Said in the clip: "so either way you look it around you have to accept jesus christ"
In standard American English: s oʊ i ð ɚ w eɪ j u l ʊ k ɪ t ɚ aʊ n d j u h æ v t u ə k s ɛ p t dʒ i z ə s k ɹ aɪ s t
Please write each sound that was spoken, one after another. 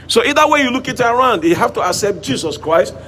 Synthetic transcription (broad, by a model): s oʊ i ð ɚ w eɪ j u l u k ɪ t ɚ aʊ n d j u h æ f t u ə k s ɛ p t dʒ i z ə s k ɹ aɪ s t